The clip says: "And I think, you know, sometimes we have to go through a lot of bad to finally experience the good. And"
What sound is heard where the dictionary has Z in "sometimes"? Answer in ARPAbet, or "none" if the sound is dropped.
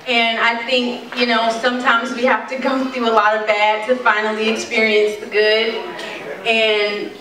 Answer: Z